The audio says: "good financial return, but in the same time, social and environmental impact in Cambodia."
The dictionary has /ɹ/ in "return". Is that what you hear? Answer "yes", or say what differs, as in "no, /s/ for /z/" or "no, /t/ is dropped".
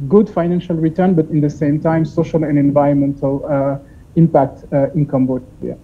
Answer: yes